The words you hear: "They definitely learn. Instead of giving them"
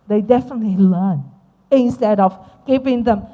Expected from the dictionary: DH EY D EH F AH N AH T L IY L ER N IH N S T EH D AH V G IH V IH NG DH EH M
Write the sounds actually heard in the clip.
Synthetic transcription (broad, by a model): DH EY D EH F AH N AH T L IY L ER N IH N S T EH D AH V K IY P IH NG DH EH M